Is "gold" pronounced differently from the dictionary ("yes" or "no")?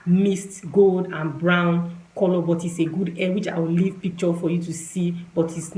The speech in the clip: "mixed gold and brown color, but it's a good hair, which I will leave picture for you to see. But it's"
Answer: no